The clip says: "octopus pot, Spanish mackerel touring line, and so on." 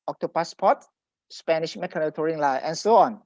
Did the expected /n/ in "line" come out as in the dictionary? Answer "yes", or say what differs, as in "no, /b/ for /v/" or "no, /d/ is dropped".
no, /n/ is dropped